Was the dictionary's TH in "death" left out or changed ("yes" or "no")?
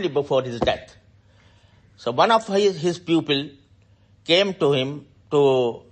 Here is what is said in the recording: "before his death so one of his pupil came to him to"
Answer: yes